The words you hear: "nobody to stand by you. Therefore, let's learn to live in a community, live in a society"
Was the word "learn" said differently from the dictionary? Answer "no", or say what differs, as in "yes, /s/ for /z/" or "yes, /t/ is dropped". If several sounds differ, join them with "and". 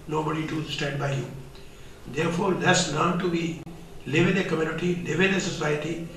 yes, /n/ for /l/